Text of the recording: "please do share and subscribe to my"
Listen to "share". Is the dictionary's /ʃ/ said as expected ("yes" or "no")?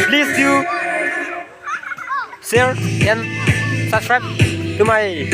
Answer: no